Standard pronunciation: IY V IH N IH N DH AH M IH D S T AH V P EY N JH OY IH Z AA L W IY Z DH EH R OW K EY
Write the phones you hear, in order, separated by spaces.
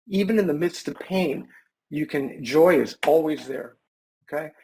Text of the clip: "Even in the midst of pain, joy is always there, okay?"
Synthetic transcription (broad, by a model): IY V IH N IH N DH AH M IH D S T AH V P EY N JH OY IH Z AA L W IY Z DH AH R OW K EY